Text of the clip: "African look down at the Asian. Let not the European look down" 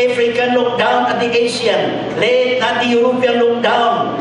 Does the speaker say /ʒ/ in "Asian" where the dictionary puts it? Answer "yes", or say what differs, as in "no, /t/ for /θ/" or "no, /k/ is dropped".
no, /s/ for /ʒ/